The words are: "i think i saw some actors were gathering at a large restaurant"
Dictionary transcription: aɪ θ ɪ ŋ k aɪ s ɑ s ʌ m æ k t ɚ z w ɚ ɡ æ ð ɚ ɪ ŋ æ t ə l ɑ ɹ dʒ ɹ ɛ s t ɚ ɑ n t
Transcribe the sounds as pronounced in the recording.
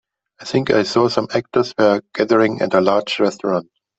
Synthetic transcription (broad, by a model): aɪ θ ɪ ŋ k aɪ s ɑ s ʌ m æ k t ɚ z w ɚ ɡ æ ð ɚ ɪ ŋ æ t ə l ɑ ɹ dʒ ɹ ɛ s t ɚ ɑ n t